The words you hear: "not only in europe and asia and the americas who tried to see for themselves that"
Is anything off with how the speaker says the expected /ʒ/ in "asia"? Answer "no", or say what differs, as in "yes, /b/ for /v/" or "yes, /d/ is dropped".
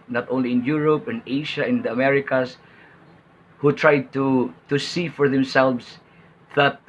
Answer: yes, /ʃ/ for /ʒ/